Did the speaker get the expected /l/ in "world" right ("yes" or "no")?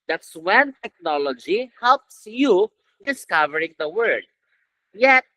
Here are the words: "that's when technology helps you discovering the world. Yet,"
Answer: no